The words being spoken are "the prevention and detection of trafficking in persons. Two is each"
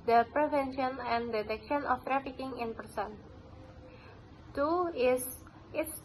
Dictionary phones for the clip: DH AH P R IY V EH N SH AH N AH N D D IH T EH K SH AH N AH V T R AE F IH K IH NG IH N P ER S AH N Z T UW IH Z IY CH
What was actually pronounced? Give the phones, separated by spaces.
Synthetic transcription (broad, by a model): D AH P R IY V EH N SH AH N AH N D D IH T EH K SH AH N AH F T R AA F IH K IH NG IH N P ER S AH N T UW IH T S